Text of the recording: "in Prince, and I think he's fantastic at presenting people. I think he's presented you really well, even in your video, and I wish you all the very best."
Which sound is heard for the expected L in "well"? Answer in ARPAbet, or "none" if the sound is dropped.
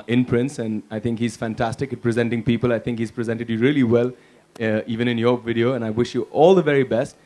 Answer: L